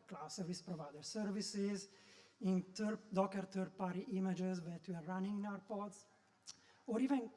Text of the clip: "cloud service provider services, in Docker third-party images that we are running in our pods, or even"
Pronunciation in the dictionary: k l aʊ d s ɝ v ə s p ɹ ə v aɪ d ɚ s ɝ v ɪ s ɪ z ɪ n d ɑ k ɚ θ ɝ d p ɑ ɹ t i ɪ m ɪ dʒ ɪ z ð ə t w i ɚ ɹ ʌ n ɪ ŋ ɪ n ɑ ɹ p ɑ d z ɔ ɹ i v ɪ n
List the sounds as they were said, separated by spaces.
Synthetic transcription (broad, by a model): k l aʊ s ɝ v ə s p ɹ ə v aɪ d ɚ s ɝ v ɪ s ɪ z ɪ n d ɑ k ɚ t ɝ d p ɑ ɹ t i m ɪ dʒ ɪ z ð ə t w i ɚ ɹ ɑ n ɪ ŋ ɪ n ɑ ɹ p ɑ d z ɔ ɹ i v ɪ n